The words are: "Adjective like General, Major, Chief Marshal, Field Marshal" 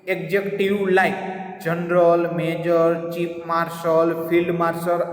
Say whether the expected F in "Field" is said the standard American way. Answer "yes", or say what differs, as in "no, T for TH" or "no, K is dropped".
no, P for F